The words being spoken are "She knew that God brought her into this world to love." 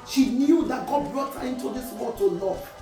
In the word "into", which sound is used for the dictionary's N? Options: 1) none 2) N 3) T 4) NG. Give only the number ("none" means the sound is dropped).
2